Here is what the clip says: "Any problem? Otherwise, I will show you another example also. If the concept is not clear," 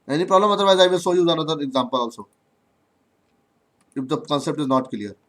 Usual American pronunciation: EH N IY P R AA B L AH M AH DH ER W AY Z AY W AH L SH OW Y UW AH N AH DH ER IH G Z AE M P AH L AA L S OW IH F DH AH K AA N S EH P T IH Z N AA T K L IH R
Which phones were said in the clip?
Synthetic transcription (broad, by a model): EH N IY P R AA B L AH M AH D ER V AY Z AY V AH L S OW Y UW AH N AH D ER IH G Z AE M P AH L AA L S OW IH F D AH K AA N S EH P T IH Z N AA T K L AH R